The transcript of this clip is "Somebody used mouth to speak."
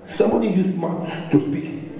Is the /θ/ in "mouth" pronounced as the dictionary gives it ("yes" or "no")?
no